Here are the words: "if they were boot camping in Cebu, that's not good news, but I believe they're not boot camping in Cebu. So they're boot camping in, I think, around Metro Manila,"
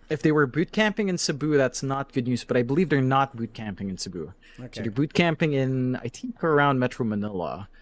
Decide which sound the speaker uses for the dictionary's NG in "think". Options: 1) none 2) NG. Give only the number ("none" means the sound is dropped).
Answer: 1